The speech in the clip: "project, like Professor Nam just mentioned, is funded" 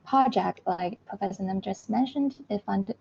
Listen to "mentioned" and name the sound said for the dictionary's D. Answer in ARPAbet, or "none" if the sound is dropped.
D